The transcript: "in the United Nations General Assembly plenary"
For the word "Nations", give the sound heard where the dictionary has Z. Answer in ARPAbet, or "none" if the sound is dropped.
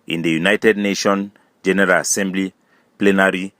none